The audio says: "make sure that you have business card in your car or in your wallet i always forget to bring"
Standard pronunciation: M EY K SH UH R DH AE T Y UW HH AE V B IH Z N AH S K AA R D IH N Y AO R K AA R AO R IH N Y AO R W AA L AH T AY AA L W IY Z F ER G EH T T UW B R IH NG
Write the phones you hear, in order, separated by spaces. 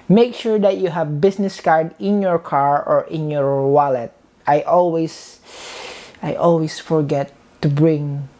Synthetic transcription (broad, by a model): M EY K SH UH R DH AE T Y UW HH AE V B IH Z N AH S K AA R D IH N Y AO R K AA R AO R IH N Y AO R W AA L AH T AY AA L W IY S F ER G EH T T UW B R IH NG